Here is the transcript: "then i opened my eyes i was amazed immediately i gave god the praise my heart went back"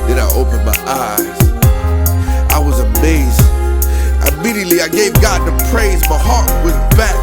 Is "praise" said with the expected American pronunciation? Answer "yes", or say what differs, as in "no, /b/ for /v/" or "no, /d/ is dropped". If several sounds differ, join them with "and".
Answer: yes